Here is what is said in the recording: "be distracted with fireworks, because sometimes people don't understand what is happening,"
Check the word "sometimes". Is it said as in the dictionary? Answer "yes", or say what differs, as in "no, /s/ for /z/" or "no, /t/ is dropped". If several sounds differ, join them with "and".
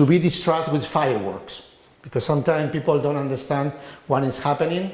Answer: no, /z/ is dropped